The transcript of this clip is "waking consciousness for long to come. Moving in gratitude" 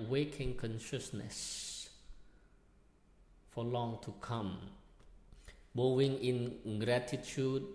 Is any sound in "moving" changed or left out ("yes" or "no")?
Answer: yes